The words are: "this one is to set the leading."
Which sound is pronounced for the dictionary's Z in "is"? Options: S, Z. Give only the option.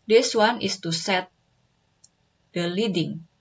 S